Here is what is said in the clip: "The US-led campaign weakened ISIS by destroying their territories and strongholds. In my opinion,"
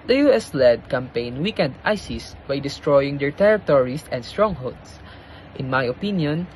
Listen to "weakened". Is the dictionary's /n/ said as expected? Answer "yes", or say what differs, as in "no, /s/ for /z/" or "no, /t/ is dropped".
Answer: yes